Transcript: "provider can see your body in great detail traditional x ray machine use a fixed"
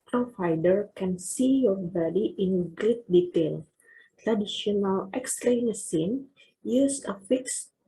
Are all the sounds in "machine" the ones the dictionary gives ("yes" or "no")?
no